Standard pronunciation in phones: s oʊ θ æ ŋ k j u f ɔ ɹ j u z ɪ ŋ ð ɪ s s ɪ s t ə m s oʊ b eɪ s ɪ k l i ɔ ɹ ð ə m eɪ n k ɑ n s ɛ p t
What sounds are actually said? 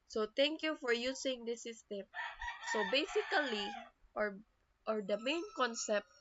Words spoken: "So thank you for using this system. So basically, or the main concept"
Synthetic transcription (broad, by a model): s oʊ t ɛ ŋ k j u f ɔ ɹ j u s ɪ ŋ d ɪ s s ɪ s t ə m s oʊ b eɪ s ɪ k l i ɔ ɹ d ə m eɪ n k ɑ n s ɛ p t